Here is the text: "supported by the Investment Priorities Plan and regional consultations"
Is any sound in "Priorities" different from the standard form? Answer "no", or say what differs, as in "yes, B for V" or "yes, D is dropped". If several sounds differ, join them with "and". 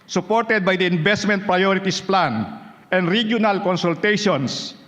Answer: yes, S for Z